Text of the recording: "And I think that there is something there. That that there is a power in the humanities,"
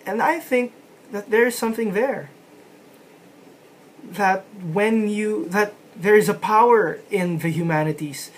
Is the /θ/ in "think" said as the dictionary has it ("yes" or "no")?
yes